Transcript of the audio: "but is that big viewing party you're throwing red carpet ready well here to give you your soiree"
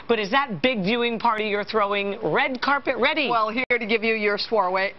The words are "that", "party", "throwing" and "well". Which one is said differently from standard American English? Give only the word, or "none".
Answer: none